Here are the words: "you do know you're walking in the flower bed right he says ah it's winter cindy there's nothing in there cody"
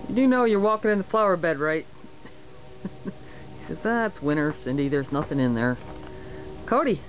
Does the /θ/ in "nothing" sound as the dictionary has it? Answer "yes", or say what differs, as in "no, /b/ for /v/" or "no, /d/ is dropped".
yes